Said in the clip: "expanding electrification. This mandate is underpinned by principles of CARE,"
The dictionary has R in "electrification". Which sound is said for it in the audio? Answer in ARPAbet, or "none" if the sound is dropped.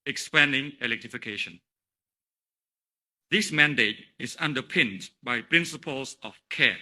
R